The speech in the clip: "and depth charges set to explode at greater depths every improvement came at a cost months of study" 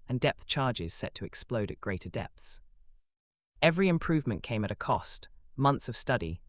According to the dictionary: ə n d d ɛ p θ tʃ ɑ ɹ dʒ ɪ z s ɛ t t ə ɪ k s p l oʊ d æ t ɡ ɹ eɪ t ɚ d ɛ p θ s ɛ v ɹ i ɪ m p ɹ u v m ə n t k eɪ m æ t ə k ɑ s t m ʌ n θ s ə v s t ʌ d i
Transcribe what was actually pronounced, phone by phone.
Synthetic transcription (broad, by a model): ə n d d ɛ p θ tʃ ɑ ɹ dʒ ɪ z s ɛ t t ə ɪ k s p l oʊ d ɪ t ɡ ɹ eɪ t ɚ d ɛ p θ s ɛ v ɹ i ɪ m p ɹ u v m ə n k eɪ m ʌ t ə k ɑ s t m ʌ n θ s ə v s t ʌ d i